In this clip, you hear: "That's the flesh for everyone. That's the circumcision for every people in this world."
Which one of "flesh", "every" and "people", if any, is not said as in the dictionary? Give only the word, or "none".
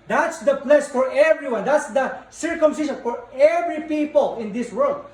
flesh